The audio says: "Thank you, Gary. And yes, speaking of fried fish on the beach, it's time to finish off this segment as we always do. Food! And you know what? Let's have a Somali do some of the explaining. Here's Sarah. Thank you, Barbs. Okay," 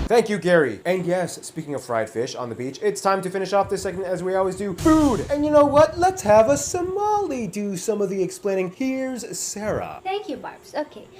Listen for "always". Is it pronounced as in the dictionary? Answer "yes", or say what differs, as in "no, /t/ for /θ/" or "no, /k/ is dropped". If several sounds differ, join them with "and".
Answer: yes